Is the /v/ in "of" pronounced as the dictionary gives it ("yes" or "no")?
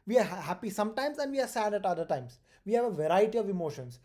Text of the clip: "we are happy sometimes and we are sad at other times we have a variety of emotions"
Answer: yes